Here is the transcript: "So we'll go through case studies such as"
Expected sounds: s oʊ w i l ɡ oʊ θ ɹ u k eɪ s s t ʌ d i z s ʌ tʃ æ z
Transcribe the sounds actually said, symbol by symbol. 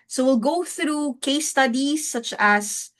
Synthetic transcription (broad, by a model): s oʊ w i l ɡ oʊ θ ɹ u k eɪ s s t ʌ d i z s ʌ tʃ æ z